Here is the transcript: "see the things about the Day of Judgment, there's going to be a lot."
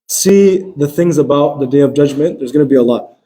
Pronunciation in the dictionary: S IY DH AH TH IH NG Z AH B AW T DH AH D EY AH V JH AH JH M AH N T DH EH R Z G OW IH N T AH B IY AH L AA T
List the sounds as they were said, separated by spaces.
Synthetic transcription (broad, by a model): S IY DH AH TH IH NG Z AH B AW T DH AH D EY AH V JH AH JH M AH N DH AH R Z G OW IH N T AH B IY AH L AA T